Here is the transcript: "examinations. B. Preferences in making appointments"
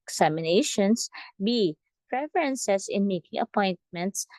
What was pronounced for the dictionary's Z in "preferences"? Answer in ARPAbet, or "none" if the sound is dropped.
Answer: S